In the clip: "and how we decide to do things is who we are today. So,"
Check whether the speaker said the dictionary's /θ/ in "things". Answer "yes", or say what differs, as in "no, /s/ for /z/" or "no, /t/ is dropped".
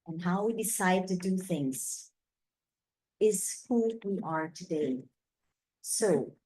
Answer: yes